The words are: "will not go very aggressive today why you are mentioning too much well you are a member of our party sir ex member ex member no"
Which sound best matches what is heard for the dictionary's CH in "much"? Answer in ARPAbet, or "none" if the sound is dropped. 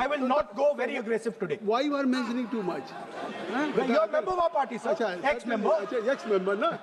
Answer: CH